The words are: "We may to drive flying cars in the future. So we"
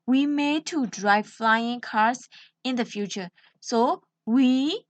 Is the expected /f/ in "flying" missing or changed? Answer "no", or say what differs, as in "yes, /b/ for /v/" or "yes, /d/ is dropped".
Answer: no